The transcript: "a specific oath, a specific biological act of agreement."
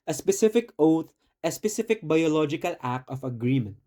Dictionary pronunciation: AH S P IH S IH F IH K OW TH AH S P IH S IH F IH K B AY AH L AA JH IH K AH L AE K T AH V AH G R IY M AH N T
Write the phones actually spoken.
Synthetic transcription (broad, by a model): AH S P IH S IH F IH K OW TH AH S P IH S IH F IH K B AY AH L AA JH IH K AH L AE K AH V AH G R IY M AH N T